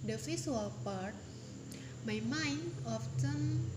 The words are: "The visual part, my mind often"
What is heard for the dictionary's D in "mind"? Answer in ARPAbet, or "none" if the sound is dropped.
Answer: none